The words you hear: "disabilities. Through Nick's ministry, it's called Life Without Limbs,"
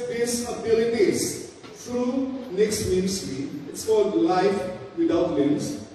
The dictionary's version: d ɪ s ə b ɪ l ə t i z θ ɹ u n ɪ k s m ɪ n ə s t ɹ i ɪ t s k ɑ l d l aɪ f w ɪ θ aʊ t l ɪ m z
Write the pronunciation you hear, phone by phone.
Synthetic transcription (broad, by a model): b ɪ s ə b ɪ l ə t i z t ɹ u n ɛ k s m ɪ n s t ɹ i ɪ t s k ɑ l d l aɪ f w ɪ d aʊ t l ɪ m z